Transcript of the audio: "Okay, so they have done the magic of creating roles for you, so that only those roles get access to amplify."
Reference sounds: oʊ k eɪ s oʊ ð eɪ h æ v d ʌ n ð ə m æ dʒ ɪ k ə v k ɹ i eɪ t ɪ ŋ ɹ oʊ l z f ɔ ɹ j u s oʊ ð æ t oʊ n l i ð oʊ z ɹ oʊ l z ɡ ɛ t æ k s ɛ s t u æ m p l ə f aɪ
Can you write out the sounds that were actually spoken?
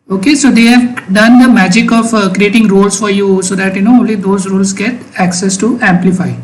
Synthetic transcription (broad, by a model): oʊ k eɪ s oʊ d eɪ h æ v d ʌ n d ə m æ dʒ ɪ k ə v k ɹ i eɪ t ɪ ŋ ɹ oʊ l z f ɔ ɹ j u s oʊ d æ t oʊ n l i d oʊ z ɹ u l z ɡ ɛ t æ k s ɛ s t u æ m p l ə f aɪ